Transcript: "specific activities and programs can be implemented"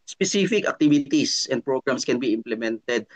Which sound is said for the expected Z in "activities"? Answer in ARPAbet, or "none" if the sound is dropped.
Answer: S